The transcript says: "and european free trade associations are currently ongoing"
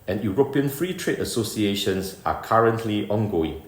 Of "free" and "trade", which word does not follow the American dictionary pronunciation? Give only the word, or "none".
none